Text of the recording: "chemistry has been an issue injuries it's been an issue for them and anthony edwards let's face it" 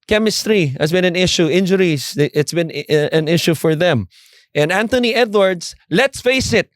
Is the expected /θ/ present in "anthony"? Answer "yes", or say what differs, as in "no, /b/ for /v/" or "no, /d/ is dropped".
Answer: no, /t/ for /θ/